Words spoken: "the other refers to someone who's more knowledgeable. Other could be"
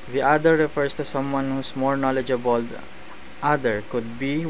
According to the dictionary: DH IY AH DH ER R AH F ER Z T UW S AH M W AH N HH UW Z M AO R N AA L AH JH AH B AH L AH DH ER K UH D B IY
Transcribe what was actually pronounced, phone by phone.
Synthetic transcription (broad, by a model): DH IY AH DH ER R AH F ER S T UW S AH M W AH N HH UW S M AO R N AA L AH JH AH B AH L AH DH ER K UH D B IY